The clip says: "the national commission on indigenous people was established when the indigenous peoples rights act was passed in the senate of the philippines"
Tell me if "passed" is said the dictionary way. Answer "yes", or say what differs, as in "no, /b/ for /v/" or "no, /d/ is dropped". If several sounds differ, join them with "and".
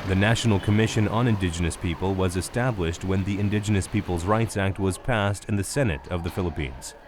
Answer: yes